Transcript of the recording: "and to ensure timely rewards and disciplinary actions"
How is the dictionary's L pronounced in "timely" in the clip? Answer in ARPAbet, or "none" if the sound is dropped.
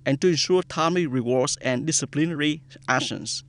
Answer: none